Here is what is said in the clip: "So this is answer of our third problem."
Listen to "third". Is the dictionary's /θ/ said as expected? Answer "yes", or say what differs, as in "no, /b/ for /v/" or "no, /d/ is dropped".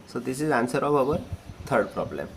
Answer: no, /t/ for /θ/